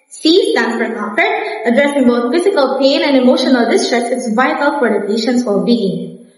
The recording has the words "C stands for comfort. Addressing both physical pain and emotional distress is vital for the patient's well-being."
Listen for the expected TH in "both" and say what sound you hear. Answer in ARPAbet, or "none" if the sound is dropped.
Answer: T